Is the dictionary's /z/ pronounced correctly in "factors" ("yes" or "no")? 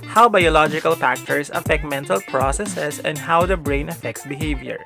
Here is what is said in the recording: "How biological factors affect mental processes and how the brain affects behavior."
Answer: no